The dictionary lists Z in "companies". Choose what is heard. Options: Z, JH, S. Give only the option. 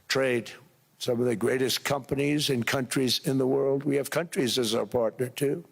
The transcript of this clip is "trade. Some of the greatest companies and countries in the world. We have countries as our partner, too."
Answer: Z